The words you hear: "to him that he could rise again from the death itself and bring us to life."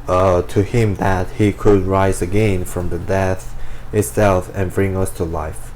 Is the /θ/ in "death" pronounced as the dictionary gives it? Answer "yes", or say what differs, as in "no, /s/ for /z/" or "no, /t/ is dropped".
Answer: yes